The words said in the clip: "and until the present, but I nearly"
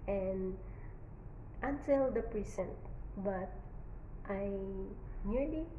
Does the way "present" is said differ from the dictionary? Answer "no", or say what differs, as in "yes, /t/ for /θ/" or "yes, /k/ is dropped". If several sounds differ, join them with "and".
yes, /s/ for /z/